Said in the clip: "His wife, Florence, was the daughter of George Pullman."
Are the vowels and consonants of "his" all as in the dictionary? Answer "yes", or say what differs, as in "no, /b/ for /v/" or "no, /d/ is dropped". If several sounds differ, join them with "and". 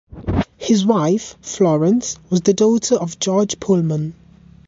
yes